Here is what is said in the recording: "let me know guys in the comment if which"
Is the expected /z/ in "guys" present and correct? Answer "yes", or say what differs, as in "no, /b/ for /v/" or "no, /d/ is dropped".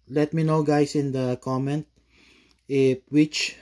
no, /s/ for /z/